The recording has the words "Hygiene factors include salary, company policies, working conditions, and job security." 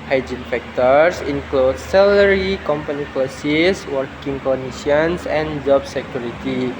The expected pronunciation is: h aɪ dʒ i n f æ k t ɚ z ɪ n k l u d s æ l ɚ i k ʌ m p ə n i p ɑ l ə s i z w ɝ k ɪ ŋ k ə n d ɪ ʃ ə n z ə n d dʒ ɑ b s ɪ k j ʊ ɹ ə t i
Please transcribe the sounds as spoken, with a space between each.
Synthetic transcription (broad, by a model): h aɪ dʒ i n f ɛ k t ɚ s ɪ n k l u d s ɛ l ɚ i k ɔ m p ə n i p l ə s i s w ɝ k ɪ ŋ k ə n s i ə n s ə n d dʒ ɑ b s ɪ k j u ɹ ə t i